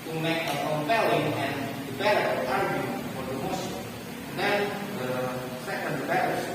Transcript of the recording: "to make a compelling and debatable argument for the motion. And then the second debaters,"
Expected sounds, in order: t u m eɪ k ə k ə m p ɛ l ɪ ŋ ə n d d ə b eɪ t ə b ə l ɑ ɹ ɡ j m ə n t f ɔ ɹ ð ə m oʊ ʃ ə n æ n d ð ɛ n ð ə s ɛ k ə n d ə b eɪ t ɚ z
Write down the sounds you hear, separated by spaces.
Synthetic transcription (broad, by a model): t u m eɪ k ə k ə m p ɛ l ɪ ŋ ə n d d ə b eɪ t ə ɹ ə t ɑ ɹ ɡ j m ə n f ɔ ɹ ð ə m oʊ s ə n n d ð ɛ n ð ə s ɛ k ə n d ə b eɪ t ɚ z